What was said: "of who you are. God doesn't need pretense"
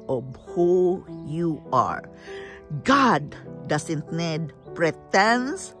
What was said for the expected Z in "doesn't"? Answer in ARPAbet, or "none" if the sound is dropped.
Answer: S